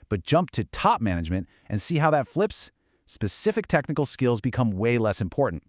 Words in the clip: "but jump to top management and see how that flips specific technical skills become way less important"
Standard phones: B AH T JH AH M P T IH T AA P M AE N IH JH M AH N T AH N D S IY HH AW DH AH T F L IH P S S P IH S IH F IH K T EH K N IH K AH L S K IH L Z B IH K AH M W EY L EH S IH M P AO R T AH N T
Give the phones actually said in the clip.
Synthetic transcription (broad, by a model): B AH T JH AH M P T IH T AA P M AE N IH JH M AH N T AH N S IY HH AW DH AH T F L IH P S S P IH S IH F IH K T EH K N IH K L S K IH L Z B IH K AH M W EY L EH S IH M P AO R T N T